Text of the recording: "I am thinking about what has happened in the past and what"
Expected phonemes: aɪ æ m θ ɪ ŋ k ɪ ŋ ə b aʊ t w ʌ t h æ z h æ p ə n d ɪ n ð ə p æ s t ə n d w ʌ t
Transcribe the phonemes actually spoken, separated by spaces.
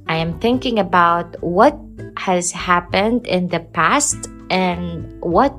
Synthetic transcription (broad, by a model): aɪ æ m θ ɪ ŋ k ɪ ŋ ə b aʊ t w ʌ t h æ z h æ p ə n d ɪ n ð ə p æ s t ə n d w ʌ t